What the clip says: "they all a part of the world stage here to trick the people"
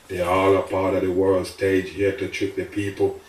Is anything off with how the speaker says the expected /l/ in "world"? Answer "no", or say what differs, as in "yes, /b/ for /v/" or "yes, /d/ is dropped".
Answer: no